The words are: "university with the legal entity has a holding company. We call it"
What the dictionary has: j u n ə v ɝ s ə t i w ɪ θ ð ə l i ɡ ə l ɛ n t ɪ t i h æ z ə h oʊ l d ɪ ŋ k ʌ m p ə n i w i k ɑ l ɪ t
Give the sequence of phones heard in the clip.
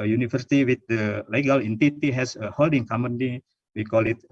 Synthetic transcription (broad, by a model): j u n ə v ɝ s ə t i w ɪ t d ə l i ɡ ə l ɛ n t ɪ t i h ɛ s ə h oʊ l d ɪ ŋ k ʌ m ə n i w i k ɑ l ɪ t